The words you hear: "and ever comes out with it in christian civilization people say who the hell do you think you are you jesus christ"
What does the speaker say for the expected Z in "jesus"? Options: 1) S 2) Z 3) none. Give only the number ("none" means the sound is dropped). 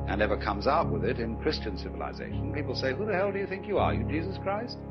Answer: 2